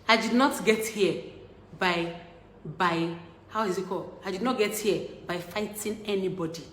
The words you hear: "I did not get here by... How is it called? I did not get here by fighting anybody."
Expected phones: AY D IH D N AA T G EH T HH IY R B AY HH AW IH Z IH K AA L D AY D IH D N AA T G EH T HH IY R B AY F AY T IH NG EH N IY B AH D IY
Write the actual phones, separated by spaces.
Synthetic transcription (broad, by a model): AY D IH D N AA T G EH T HH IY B B AY HH AW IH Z IH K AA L AY D IH D N AA T G EH T HH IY B AY F AY T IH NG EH N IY B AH D IY